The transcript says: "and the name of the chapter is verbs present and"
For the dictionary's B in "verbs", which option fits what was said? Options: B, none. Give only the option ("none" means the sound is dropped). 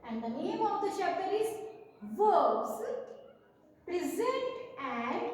none